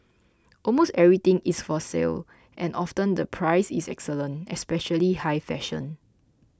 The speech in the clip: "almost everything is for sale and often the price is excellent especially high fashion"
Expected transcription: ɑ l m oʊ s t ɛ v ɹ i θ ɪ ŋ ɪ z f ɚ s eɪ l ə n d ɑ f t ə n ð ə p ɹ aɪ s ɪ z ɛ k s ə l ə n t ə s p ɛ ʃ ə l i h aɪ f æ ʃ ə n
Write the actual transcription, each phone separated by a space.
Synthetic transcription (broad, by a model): ɑ l m oʊ s t ɛ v ɹ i t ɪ ŋ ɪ s f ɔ s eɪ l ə n ɑ f t ə n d ə p ɹ aɪ s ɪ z ɛ k s ə l ə n t ə s p ɛ ʃ ə l i h aɪ f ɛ ʃ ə n